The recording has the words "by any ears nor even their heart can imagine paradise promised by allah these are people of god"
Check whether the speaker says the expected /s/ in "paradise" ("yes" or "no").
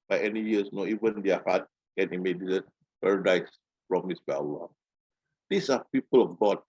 yes